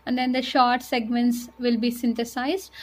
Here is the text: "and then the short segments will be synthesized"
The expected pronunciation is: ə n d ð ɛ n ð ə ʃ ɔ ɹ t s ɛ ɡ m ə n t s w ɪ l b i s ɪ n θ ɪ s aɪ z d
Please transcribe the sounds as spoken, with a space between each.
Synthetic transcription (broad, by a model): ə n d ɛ n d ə ʃ ɔ ɹ t s ɛ ɡ m ə n t s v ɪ l b i s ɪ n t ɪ s aɪ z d